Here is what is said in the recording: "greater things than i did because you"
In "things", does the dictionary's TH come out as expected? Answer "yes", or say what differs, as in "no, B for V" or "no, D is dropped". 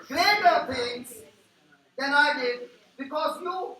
no, T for TH